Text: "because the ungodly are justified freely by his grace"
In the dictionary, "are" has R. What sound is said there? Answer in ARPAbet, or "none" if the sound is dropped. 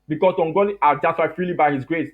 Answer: L